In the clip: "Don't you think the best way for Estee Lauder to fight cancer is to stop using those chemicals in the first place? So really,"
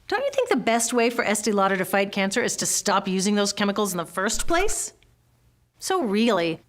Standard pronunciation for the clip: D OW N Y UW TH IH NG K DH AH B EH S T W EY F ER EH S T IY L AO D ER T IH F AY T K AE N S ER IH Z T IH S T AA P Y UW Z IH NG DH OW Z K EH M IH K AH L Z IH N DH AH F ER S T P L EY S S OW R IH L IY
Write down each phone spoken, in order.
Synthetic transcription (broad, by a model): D OW N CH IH TH IH NG K DH AH B EH S T W EY F ER EH S T IY L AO D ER T IH F AY T K AE N S ER IH Z T IH S T AA P Y UW Z IH NG DH OW Z K EH M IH K L Z N DH AH F ER S T P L EY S S OW R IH L IY